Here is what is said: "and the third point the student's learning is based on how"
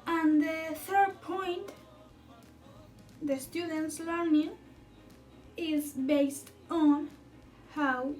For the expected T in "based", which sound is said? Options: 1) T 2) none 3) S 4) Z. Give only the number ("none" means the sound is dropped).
1